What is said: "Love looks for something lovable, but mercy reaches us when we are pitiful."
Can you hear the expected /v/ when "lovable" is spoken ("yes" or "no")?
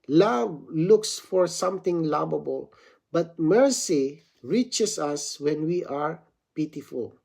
no